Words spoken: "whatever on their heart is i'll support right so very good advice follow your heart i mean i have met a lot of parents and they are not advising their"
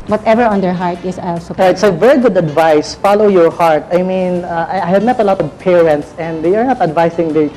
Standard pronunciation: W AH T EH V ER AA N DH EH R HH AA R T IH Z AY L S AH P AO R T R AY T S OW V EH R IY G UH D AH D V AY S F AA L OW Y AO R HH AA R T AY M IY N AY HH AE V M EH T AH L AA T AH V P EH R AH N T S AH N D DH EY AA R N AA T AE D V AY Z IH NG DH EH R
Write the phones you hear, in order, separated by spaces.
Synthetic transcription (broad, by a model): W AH T EH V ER AA N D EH R HH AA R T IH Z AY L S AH AO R R AY T S OW V EH R IY G UH D AH D V AY S F AA L OW Y AO R HH AA R T AY M IY N AY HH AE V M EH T AH L AA T AH V P EH R AH N T S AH N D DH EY AA R N AA T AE D V AY S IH NG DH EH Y